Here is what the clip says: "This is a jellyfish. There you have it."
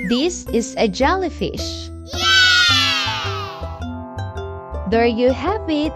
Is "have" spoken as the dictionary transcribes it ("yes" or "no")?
no